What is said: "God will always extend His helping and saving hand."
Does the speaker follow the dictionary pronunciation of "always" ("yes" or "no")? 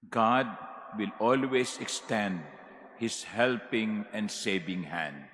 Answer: no